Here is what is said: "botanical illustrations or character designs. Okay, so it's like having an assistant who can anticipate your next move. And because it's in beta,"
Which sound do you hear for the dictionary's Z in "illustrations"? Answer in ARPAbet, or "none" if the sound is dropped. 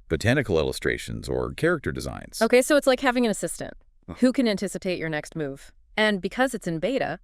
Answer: Z